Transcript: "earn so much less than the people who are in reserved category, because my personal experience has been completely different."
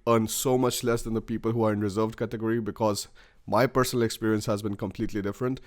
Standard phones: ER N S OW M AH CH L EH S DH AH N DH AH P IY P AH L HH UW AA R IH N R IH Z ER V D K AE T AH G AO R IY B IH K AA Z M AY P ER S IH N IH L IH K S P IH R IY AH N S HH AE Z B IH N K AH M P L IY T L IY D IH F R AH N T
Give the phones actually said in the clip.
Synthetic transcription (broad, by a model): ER N S OW M AH CH L EH S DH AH N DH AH P IY P AH L HH UW AA R IH N R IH Z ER V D K AE T AH G AO R IY B IH K AA Z M AY P ER S IH N IH L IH K S P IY R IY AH N S HH AE Z B IH N K AH M P L IY T L IY D IH F R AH N T